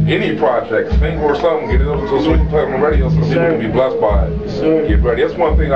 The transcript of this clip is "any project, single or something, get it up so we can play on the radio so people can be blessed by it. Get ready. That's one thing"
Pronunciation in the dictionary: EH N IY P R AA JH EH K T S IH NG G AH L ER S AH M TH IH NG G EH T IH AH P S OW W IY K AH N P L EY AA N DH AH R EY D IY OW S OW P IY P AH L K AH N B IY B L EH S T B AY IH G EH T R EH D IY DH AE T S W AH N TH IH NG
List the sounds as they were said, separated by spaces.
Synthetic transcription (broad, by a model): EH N IY P R AA JH EH K T TH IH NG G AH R S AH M G EH T IH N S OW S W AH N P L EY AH R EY D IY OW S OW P IY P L K AH N B IY B L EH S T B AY IH G EH T R EH D IY DH AE T S W AH N TH IH NG